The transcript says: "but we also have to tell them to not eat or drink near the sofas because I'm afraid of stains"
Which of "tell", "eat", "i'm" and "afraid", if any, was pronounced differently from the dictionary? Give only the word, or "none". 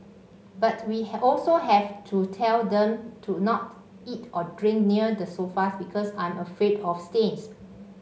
none